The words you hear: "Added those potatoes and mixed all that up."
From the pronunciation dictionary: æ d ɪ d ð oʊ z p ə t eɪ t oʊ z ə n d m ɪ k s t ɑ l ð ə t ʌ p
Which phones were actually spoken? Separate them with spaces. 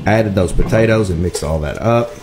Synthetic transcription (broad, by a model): æ d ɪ d ð oʊ z p ə t eɪ t oʊ z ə n m ɪ k s t ɑ l ð ə t ʌ p